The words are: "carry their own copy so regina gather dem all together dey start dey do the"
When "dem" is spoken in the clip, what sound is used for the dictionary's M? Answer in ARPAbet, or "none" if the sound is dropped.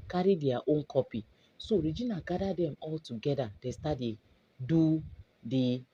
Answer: M